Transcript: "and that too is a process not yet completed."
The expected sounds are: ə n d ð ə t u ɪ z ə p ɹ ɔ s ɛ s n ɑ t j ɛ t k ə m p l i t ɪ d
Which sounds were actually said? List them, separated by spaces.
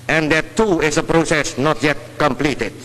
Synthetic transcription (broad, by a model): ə n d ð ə t u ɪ s ə p ɹ ɔ s ɛ s n ɑ t j ɛ t k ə m p l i t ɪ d